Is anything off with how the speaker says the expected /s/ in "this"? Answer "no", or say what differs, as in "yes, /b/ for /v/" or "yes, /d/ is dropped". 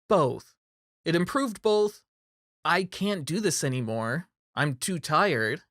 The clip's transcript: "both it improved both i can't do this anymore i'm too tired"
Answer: no